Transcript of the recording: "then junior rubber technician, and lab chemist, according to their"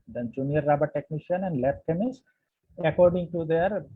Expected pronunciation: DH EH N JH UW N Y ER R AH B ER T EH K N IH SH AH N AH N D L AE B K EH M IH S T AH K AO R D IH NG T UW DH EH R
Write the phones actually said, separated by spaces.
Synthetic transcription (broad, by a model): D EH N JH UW N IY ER R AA B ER T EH K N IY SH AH N AH N D L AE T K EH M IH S AH K AO R D IH NG T UW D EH R